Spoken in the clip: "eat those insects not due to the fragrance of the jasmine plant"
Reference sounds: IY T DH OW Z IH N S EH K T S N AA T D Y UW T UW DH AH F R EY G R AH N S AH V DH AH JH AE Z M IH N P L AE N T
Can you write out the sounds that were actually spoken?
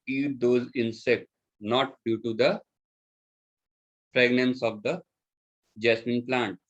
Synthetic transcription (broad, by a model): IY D OW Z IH N S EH K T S N AA T D Y UW T UW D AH P R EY G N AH N S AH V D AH JH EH S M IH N P L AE N T